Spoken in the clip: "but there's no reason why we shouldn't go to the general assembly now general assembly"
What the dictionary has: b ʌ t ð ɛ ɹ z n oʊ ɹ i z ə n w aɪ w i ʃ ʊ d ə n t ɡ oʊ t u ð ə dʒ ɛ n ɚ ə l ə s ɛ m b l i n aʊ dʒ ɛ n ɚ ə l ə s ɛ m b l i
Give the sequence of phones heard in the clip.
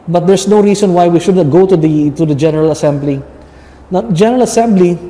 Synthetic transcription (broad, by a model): b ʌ t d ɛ ɹ s n oʊ ɹ i s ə n w aɪ w i ʃ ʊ d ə t ɡ oʊ t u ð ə dʒ ɛ n ɚ ə l ə s ɛ m b l i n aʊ dʒ ɛ n ɚ ə l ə s ɛ m b l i